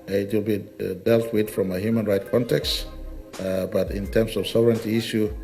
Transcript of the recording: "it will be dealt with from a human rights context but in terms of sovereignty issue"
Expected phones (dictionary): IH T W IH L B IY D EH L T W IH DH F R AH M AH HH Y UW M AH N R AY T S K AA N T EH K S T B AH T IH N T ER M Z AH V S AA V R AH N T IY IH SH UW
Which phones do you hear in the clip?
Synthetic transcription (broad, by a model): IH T W IH L B IY D EH L T W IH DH F R AH M AH HH Y UW M AH N R AY T K AA N T EH K S T B AH T IH N T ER M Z AH V S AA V R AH N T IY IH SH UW